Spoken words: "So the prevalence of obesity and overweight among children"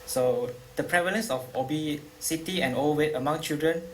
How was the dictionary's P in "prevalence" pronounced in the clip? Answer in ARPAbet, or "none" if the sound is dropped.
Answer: P